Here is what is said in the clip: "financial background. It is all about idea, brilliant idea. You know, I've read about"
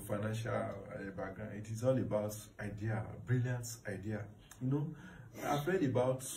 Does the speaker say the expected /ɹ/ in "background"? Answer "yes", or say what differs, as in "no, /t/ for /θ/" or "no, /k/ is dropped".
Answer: no, /ɹ/ is dropped